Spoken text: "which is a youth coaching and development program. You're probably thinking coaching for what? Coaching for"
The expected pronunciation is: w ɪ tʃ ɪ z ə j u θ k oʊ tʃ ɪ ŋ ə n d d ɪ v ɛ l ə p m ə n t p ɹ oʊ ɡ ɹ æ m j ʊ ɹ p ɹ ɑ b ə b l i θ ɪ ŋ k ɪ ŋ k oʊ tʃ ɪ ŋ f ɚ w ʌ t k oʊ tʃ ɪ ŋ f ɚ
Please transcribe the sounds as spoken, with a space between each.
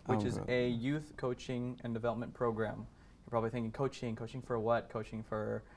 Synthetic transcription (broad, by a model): w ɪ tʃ ɪ z ə j u θ k oʊ tʃ ɪ ŋ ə n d d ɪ v ɛ l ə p m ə n p ɹ oʊ ɡ ɹ æ m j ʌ p ɹ ɑ b ə b l i θ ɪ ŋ k ɪ ŋ k oʊ tʃ ɪ ŋ f ɚ w ʌ t k oʊ tʃ ɪ ŋ f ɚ